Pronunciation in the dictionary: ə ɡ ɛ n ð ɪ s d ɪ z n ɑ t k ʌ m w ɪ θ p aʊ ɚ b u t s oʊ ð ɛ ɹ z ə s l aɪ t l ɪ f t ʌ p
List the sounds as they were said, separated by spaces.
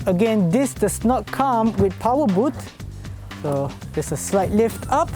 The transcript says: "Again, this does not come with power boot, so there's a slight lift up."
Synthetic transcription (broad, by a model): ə ɡ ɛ n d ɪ s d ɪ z n ɑ t k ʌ m w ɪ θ p aʊ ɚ b u t s oʊ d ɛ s ə s l aɪ t l ɪ f t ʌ p